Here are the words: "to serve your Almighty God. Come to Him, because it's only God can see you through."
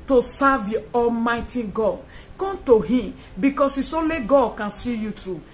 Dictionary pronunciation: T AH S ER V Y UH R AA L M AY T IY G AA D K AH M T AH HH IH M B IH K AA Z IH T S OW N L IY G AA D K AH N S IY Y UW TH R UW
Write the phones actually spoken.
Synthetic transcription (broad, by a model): T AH S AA V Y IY AA L M AY T IY G AA D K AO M T AH HH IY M B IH K AA S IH S OW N L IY G AA D K AH N S IY Y UW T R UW